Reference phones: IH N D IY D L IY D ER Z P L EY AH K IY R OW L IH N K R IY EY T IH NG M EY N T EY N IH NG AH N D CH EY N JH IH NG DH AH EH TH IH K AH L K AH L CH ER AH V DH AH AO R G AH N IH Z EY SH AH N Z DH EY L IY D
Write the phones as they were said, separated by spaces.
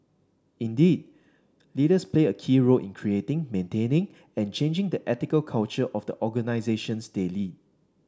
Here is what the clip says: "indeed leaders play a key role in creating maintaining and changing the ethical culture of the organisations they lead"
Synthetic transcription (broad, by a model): IH N D IY D L IY D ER S P L EY AH K IY R OW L IH N K R IY EY T IH NG M EY N T EY N IH NG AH N CH EY N JH IH NG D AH EH T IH K AH L K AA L CH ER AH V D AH AO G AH N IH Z EY SH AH N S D EY L IY